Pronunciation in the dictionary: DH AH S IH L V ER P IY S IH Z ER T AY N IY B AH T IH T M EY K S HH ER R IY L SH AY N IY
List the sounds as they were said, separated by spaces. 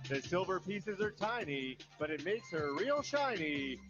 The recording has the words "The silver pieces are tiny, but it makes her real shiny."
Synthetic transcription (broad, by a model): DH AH S IH L V ER P IY S IH Z ER T AY N IY B AH T IH T M EY K S HH ER R IY L SH AY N IY